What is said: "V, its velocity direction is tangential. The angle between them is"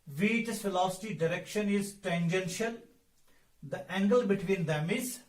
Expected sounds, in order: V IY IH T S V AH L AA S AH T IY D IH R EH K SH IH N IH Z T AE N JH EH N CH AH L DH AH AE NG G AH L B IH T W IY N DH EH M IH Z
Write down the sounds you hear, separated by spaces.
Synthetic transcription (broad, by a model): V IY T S F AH L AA S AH T IY D IH R EH K SH IH N IH Z T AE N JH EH N SH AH L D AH AE NG G AH L B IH T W IY N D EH M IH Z